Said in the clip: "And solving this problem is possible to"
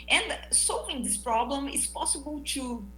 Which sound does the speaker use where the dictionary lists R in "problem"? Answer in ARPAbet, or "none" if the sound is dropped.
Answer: R